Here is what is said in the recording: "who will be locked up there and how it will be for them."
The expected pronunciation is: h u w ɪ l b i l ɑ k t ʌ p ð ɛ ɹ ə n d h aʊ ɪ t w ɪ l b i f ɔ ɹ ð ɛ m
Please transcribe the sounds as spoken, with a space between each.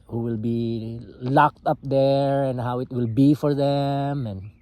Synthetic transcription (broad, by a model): h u w ɪ l b i l ɑ k t ʌ p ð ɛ ɹ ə n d h aʊ ɪ t w ɪ l b i f ɔ ɹ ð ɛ m